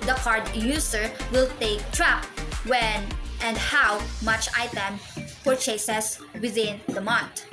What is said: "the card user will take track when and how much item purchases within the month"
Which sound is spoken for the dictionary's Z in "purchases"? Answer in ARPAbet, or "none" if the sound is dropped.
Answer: S